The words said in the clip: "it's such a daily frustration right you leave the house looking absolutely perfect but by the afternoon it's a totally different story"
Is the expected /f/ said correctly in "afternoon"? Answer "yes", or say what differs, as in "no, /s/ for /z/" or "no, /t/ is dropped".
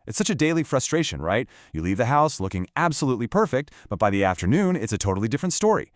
yes